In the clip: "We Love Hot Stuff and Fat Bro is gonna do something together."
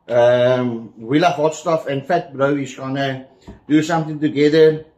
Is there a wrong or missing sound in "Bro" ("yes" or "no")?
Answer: no